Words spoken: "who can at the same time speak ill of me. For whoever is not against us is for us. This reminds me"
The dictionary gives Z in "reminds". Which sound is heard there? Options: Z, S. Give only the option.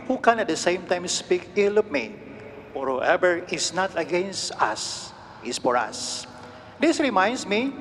S